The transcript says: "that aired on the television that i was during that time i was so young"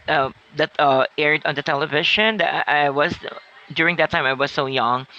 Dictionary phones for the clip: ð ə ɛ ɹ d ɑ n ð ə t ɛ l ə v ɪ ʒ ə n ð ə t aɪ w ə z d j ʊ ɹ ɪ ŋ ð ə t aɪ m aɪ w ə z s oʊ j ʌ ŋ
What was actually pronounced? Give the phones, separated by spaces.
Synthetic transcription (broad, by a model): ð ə ɛ ɹ d ɑ n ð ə t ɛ l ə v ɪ ʃ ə n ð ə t aɪ w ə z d j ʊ ɹ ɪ ŋ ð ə t aɪ m aɪ w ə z s oʊ j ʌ ŋ